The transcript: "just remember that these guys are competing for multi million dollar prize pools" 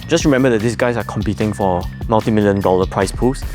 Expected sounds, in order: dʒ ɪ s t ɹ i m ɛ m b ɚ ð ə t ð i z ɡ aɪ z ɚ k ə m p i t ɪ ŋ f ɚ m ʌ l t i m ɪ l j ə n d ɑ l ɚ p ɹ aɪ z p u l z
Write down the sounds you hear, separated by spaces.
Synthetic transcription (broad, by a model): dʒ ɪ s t ɹ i m ɛ m b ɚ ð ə t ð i s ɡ aɪ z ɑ k ə m p i t ɪ ŋ f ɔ m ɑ l t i m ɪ l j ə n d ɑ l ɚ p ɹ aɪ s p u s